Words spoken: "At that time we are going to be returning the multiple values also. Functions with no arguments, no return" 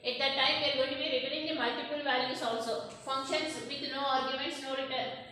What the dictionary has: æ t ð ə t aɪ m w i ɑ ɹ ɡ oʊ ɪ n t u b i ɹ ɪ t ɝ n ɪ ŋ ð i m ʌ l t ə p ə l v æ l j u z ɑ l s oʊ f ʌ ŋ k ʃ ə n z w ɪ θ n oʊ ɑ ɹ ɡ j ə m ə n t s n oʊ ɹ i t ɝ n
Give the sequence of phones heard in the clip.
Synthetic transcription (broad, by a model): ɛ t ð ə t aɪ m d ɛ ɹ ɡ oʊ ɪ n t u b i ɹ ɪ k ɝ ɪ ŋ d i m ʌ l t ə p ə l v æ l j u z ɑ l s oʊ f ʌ ŋ k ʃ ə n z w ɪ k n oʊ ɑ ɹ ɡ j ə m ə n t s n oʊ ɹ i t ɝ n